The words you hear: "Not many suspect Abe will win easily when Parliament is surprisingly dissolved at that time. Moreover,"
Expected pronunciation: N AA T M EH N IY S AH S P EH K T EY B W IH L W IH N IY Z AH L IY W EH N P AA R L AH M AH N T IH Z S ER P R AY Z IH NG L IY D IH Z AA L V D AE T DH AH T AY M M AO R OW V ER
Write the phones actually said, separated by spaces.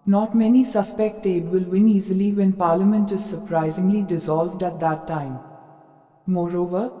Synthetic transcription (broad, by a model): N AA T M EH N IY S AH S P EH K T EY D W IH L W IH N IY Z AH L IY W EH N P AA R L AH M AH N T IH Z S ER P R AY Z IH NG L IY D IH Z AA L V D AE T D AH T AY M M AO R OW V ER